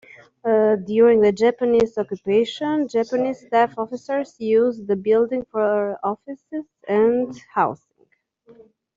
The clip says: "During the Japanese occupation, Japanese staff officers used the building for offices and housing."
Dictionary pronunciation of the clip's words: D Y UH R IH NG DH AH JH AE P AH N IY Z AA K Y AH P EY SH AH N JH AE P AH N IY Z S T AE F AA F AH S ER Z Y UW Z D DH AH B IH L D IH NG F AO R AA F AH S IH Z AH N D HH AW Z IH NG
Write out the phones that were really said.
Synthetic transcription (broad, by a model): D Y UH R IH NG DH AH JH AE P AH N IY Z AA K Y AH P EY SH AH N JH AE P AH N IY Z S T AE F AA F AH S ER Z Y UW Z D DH AH B IH L D IH NG F AO R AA F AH S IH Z AH N D HH AW S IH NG